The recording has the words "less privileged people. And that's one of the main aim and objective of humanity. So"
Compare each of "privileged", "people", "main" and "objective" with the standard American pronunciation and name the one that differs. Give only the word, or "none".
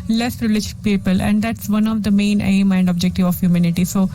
privileged